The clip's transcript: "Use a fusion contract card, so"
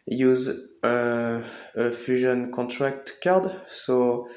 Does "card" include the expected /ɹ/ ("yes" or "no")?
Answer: yes